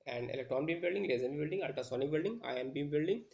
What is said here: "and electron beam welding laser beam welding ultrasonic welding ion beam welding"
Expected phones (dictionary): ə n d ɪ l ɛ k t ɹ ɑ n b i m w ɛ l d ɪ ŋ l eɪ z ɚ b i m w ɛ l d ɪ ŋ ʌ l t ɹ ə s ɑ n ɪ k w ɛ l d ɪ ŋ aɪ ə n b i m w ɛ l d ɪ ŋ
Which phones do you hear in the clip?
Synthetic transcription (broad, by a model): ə n d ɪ l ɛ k t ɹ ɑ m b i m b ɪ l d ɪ ŋ l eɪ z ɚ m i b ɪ l d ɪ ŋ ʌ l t ə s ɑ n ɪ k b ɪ l d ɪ ŋ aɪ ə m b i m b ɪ l d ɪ ŋ